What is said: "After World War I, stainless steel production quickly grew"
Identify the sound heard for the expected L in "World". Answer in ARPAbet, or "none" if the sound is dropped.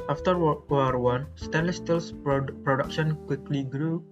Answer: none